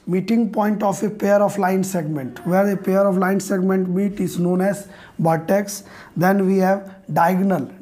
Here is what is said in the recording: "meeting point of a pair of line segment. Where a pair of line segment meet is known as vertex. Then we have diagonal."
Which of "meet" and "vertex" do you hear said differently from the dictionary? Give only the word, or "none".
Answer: vertex